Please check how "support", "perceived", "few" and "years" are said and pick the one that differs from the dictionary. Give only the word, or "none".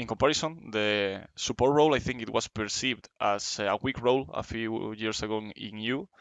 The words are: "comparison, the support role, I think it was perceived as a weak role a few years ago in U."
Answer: years